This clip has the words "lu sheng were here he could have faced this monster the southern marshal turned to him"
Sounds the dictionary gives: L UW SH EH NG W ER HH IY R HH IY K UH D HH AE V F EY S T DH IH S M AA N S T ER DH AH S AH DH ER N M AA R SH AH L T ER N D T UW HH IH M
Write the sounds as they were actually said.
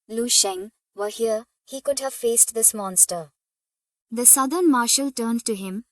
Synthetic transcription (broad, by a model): L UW SH EH NG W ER HH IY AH HH IY K UH D HH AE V F EY S T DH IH S M AA N S T ER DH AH S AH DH ER N M AA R SH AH L T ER N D T UW HH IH M